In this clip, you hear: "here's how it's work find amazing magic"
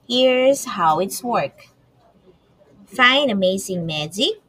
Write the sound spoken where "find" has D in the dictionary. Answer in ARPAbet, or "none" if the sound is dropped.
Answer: none